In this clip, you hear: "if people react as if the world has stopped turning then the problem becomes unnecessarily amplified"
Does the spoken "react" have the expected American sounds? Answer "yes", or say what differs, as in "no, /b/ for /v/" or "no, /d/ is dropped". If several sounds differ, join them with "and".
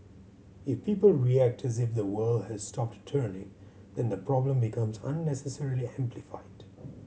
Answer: yes